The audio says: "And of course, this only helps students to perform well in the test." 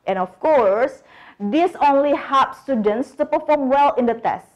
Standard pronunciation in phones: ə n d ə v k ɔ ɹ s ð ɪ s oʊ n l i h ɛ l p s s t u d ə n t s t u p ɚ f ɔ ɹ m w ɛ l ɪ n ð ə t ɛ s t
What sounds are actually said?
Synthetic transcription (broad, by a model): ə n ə f k ɔ ɹ s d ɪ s oʊ n l i h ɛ p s s t u d ə n t s t u p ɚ f ɔ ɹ m w ɛ l ɪ n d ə t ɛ s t